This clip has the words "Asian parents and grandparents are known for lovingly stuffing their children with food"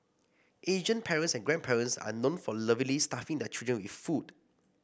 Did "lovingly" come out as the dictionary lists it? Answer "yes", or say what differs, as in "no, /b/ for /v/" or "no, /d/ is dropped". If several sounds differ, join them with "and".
no, /ŋ/ is dropped